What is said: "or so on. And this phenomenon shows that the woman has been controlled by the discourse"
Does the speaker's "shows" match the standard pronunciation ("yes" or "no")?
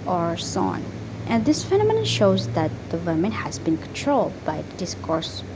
yes